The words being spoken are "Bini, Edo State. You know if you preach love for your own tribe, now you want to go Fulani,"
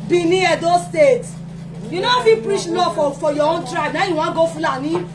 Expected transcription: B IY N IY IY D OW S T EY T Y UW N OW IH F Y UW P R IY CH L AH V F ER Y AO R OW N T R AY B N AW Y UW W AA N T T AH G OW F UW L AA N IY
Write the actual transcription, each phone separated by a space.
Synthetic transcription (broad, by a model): B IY N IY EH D OW S T EY T Y UW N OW IH F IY P R IY CH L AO F F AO Y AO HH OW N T R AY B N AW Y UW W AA G OW F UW L AA N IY